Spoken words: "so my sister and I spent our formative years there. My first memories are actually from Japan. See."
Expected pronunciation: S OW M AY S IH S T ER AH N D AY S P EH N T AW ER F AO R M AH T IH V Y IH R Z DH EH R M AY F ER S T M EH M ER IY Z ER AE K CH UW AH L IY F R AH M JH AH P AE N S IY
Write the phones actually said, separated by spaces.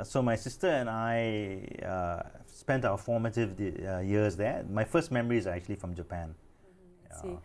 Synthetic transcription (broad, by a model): S OW M AY S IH S T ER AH N AY S P EH N T AW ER F AO M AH T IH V Y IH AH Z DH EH M AY F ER S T M EH M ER IY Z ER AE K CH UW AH L IY F R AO M JH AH P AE N